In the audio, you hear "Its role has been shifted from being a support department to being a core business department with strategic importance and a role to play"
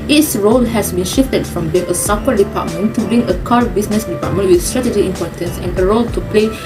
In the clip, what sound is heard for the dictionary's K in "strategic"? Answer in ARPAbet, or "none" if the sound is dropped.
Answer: none